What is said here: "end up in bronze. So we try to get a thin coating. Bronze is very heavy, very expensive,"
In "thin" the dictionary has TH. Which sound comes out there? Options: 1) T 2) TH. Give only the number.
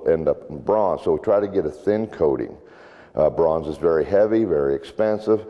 2